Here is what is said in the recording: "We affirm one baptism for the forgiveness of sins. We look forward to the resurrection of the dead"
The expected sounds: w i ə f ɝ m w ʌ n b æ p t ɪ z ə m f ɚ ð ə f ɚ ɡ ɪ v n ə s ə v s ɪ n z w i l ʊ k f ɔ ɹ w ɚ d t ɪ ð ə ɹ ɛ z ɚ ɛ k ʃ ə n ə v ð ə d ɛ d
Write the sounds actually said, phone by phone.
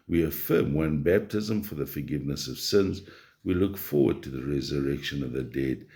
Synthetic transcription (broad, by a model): w i ə f ɝ m w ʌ n b æ p t ɪ z ə m f ɚ ð ə f ɚ ɡ ɪ v n ə s ə v s ɪ n z w i l ʊ k f ɔ ɹ w ɚ d t ɪ ð ə ɹ ɛ z ɚ ɛ k ʃ ə n ə v ð ə d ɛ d